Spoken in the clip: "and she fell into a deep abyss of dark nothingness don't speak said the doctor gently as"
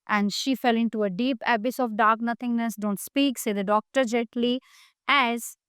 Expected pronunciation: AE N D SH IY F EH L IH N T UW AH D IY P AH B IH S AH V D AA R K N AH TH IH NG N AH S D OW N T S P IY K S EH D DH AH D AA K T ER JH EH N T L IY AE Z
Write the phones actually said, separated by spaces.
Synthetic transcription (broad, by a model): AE N D SH IY F EH L IH N T UW AH D IY P AH B IH S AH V D AA R K N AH T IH NG N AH S D OW N T S P IY K S EH D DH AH D AA K T ER JH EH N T L IY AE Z